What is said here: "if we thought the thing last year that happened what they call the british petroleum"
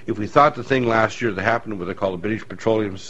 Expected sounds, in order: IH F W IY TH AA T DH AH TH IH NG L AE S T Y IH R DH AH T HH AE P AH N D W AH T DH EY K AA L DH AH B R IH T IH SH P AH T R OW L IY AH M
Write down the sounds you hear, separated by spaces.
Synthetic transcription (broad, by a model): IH F W IY TH AA T DH AH TH IH NG L AE S T Y IH R DH AH T HH AE P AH N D W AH DH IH K AA L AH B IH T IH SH P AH T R OW L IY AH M